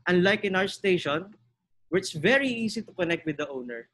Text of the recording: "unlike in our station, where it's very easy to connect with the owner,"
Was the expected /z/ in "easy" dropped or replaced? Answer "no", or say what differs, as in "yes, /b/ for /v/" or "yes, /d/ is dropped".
yes, /s/ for /z/